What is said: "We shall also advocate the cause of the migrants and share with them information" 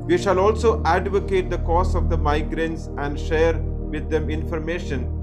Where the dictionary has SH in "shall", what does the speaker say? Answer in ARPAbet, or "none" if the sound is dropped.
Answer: SH